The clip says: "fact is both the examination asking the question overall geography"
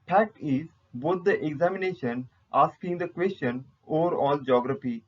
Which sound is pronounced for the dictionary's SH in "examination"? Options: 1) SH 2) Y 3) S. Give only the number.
1